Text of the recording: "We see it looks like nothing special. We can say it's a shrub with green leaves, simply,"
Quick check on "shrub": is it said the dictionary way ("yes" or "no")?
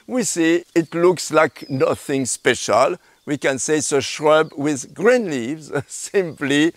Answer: yes